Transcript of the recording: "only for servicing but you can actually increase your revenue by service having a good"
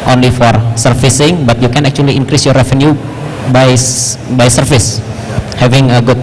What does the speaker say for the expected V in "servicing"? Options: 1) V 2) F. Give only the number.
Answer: 2